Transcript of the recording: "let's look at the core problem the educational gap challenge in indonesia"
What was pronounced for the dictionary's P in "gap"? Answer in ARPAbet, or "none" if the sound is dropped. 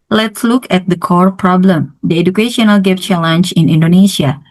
F